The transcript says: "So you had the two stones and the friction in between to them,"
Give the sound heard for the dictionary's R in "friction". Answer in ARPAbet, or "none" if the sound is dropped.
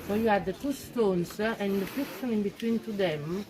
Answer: none